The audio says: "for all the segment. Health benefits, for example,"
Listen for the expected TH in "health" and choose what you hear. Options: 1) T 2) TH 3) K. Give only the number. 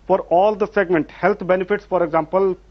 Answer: 1